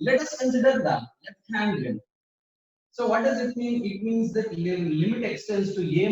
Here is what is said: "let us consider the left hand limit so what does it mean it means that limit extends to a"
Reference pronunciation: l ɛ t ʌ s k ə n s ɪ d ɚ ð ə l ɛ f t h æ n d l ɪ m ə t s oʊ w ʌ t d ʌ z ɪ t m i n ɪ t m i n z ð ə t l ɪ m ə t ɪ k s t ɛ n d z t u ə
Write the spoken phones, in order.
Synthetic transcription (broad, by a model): l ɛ t ʌ s k ə n s ɪ d ɚ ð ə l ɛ t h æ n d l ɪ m s oʊ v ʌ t d ʌ z ɪ t m i n ɪ t m i n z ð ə t l ɪ m ə t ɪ k s t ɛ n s t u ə